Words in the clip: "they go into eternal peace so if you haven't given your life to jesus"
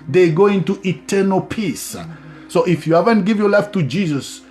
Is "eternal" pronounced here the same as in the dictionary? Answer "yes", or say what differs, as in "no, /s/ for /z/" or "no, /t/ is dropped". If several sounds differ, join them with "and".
yes